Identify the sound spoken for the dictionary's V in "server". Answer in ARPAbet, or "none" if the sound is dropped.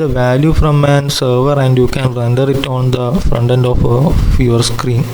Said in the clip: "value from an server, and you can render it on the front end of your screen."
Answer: V